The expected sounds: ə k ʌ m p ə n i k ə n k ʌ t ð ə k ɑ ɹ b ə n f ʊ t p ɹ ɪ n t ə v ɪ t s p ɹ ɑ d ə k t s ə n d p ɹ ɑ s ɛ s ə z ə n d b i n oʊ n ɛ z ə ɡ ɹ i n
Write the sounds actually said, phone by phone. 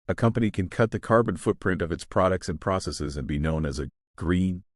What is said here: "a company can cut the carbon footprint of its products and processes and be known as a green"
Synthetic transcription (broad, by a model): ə k ʌ m p ə n i k ə n k ʌ t ð ə k ɑ ɹ b ə n f ʊ t p ɹ ɪ n t ə v ɪ t s p ɹ ɑ d ə k t s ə n p ɹ ɑ s ɛ s ə z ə n b i n oʊ n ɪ z ə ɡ ɹ i n